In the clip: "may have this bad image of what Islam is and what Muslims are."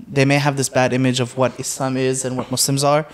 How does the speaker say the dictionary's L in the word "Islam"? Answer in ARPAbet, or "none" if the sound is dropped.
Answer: L